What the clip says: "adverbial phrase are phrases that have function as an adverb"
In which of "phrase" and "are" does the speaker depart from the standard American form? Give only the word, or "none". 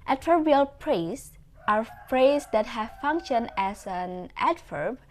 phrase